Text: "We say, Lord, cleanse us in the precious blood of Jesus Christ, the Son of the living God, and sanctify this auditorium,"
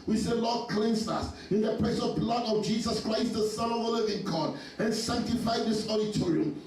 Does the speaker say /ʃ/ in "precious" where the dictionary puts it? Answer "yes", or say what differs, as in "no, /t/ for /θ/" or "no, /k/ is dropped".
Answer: no, /s/ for /ʃ/